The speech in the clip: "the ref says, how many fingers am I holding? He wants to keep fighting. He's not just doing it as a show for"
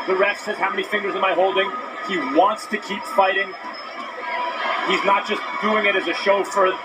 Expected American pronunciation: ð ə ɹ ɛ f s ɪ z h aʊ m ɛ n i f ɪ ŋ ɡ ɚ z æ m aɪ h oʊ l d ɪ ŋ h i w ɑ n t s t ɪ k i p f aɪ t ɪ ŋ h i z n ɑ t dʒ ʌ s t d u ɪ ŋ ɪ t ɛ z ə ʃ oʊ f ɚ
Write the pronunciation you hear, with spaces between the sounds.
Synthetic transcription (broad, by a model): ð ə ɹ ɛ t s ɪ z h aʊ m ɛ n i f ɪ ŋ ɡ ɚ z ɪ m aɪ h oʊ l d ɪ ŋ i w ɑ n t s t ɪ k i p f aɪ t ɪ ŋ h i z n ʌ t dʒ ʌ s d u ɪ ŋ ɪ t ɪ z ə ʃ oʊ f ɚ